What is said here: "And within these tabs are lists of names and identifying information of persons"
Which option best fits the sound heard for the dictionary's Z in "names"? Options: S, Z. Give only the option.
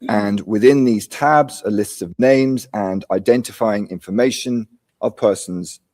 Z